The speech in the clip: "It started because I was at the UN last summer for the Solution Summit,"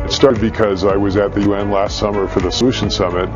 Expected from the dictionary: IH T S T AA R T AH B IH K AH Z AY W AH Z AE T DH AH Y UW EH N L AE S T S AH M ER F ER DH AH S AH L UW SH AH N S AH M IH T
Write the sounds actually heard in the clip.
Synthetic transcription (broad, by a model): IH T S T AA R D B IH K AH Z AY W AH Z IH T DH AH Y UW EH N L AE S T S AH M ER F ER DH AH S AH L UW SH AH N S AH M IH T